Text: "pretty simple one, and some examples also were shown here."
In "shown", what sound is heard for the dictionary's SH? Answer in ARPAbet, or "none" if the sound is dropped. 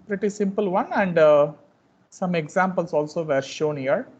SH